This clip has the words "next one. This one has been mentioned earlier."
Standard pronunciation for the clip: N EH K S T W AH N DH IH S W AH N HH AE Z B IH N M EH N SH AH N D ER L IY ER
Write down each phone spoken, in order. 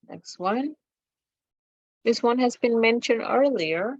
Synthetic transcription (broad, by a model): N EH K S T W AH N DH IH S W AH N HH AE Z B IH N M EH N SH AH N D ER L IY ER